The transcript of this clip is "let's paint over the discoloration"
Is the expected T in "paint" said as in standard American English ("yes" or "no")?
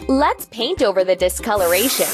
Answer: yes